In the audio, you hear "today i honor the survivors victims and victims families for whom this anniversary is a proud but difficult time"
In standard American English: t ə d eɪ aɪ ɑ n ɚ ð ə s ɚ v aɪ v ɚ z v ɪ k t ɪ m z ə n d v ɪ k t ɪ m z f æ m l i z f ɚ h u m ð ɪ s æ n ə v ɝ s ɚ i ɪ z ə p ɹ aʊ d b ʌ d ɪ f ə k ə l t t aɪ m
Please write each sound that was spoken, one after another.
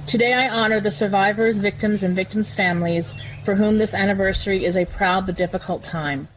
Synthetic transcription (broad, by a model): t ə d eɪ aɪ ɑ n ɚ ð ə s ɚ v aɪ v ɚ z v ɪ k t ɪ m z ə n v ɪ k t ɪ m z f æ m l i z f ɚ h u m ð ɪ s æ n ə v ɝ s ɚ i ɪ z ə p ɹ aʊ d b ʌ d ɪ f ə k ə l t t aɪ m